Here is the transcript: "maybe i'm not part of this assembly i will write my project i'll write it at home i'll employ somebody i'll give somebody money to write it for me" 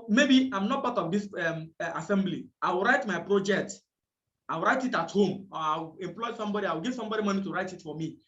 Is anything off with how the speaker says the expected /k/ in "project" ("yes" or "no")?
no